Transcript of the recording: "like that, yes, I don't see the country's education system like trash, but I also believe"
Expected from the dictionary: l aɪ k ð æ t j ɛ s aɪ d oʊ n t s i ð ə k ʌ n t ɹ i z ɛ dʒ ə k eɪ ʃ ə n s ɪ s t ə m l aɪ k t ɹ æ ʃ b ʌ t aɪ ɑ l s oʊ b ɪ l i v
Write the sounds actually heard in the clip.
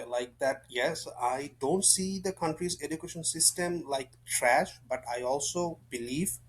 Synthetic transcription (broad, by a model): l aɪ k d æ t j ɛ s aɪ d oʊ n t s i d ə k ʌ n t ɹ i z ɛ dʒ ə k eɪ ʃ ə n s ɪ s t ə m l aɪ k t ɹ æ ʃ b ʌ t aɪ ɑ l s oʊ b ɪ l i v